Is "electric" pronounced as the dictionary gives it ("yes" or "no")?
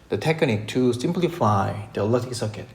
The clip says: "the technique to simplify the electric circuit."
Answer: no